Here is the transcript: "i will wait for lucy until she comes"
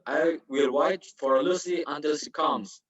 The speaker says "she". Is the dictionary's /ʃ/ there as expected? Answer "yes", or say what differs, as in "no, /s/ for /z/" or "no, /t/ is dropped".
no, /s/ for /ʃ/